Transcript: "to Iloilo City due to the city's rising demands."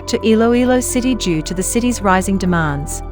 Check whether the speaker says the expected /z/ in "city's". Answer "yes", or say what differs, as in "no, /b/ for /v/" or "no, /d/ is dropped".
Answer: yes